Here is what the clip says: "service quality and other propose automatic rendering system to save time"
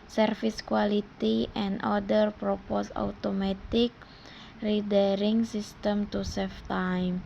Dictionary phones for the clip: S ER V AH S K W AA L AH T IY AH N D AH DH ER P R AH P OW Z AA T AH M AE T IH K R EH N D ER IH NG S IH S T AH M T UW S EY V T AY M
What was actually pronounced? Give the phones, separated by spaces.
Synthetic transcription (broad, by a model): S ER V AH S K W AA L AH T IY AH N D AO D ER P R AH P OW S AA T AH M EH T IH K R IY D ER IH NG S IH S T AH M T UW S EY F T AY M